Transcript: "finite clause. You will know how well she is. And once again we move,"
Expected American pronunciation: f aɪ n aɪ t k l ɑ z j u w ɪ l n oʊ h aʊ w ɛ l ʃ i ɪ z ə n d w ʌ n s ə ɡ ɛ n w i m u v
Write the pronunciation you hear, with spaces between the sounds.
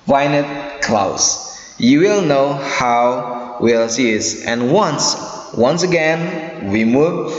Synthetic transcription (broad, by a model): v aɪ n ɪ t k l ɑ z j u w ɪ l n oʊ h aʊ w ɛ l s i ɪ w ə n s w ʌ n s ə ɡ ɛ n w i m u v